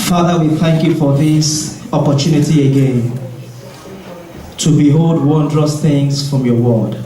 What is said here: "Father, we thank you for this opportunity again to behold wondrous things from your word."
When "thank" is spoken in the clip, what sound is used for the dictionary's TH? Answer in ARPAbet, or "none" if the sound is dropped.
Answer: TH